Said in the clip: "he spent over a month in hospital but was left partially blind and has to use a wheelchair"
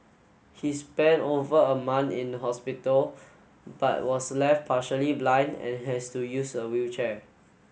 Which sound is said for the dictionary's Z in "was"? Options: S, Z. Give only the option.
S